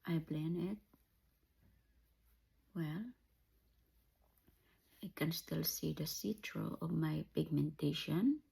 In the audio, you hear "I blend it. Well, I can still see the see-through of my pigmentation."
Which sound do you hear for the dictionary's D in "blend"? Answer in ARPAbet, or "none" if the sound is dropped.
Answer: none